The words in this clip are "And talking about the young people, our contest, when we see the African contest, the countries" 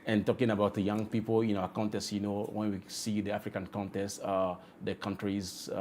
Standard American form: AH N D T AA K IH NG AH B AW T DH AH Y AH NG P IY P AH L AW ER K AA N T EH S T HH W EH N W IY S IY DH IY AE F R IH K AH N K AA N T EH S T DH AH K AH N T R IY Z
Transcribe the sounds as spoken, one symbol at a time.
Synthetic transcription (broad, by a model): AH N T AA K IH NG AH B AW T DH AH Y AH NG P IY P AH N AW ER K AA N T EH S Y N W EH N W IY S IY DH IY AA F R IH K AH N K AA N T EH S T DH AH K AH N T R IY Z